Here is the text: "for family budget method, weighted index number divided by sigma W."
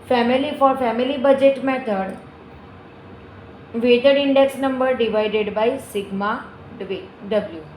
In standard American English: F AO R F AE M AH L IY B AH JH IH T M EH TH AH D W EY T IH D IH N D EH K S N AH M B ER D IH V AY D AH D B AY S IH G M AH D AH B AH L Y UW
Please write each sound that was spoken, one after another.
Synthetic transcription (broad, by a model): F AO R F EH M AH L IY B AH JH IH T M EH T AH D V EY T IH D IH N D EH K S N AH M B ER D IH V AY D AH D B AY S IH G M AH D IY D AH L Y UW